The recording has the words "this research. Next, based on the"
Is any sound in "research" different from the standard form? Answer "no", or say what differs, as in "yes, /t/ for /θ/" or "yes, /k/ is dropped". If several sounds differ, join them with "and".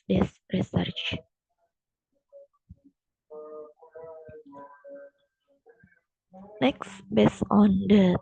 no